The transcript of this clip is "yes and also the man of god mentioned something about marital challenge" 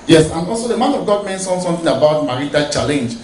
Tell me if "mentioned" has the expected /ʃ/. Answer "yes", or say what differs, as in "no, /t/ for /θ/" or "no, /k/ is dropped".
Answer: no, /s/ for /ʃ/